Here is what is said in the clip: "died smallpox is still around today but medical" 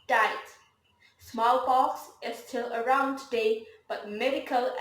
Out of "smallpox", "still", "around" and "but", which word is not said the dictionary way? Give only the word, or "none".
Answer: smallpox